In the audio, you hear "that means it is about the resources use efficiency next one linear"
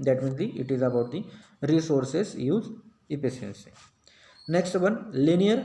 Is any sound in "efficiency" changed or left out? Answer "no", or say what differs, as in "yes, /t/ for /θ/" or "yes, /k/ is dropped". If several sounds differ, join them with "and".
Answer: yes, /s/ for /ʃ/